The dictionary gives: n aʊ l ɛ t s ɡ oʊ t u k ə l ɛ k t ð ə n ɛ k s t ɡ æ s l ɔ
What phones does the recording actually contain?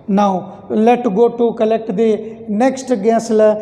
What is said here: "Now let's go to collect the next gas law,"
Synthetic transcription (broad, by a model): n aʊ l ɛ t ɡ oʊ t u k ə l ɛ k t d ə n ɛ k s t ɡ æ s l